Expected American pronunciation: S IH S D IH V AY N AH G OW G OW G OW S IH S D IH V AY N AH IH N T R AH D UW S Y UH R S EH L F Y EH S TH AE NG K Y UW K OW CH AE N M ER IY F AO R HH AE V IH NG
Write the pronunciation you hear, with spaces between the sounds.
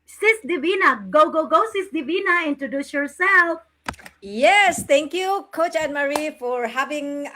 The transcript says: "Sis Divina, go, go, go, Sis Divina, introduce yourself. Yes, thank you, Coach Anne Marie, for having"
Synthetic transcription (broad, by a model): S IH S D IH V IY N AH G OW G OW G OW S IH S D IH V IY N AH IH N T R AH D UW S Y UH R S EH L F Y EH S T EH NG K Y UW K OW CH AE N M ER IY F AO R HH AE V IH NG